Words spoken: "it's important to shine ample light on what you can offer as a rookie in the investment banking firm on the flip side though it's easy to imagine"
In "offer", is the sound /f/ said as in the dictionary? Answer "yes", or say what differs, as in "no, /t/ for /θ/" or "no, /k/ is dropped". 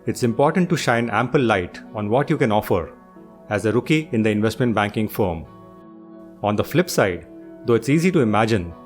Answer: yes